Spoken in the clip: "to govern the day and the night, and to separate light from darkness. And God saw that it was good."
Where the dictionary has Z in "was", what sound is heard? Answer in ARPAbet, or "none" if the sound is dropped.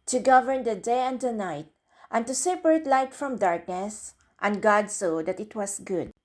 S